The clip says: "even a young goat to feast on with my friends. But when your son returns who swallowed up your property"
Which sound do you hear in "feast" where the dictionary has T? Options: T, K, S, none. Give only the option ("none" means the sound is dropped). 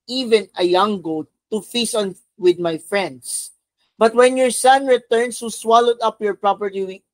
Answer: none